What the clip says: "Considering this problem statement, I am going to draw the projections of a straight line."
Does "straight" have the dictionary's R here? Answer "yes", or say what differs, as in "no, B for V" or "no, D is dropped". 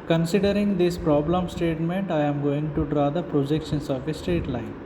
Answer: no, R is dropped